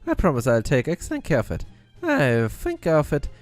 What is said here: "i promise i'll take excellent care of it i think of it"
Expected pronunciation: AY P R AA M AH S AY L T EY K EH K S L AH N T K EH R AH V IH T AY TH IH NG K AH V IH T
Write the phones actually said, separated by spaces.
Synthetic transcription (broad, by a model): AY P R AA M AH S AY L T EY K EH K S AH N K EH R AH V IH T AY TH IH NG K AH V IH T